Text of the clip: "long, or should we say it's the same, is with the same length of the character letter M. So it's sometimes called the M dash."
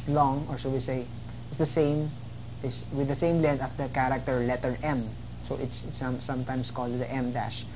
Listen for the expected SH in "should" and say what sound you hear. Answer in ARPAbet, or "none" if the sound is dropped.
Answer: S